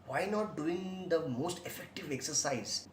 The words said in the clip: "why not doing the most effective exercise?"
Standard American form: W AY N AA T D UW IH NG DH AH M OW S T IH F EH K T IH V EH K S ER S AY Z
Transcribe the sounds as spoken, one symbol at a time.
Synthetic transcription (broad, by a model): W AY N AA T D UW IH NG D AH M OW S T IH F EH K T IH V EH K S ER S AY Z